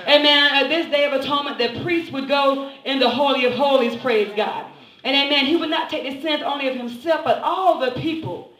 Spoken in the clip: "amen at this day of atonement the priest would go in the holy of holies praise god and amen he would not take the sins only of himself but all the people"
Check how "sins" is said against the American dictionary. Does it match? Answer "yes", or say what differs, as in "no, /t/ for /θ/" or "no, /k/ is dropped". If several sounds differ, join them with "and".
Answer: no, /s/ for /z/